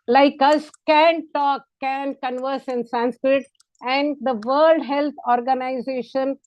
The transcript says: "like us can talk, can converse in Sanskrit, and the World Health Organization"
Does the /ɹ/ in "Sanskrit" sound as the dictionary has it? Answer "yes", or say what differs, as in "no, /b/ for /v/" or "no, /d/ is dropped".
yes